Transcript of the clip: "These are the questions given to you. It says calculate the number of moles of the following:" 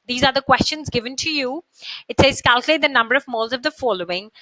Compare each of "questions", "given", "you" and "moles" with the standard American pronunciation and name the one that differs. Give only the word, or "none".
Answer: none